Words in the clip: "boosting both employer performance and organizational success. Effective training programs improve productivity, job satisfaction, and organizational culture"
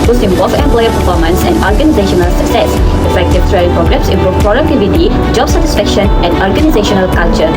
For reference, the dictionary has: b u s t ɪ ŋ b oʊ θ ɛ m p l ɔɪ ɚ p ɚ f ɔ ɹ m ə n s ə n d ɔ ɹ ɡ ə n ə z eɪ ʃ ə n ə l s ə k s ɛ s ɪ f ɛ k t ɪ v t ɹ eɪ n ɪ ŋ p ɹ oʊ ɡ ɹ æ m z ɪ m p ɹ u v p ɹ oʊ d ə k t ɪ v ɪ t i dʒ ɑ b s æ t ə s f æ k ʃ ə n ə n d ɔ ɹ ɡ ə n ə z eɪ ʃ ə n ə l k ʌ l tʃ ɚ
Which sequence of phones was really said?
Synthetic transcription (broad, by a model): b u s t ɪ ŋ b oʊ f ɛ m p l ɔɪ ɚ p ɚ f ɔ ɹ m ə n s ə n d ɔ ɹ ɡ ə n ə z eɪ ʃ ə n ə l s ə k s ɛ s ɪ f ɛ k t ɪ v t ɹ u ɪ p ɹ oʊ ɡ ɹ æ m s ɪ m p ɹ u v p ɹ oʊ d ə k t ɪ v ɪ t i dʒ ɑ b s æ t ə s f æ k ʃ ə n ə n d ɔ ɹ ɡ ə n ə z eɪ ʃ ə n ə l k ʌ l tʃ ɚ